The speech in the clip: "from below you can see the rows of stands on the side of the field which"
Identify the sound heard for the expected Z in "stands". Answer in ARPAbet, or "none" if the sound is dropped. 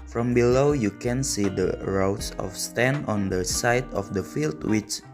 none